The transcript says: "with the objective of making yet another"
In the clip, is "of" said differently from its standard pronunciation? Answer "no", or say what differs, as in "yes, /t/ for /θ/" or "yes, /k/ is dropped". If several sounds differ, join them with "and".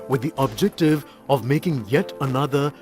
no